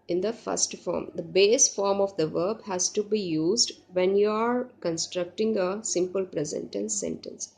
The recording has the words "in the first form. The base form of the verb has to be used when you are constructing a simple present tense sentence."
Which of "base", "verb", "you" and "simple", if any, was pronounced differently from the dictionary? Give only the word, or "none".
none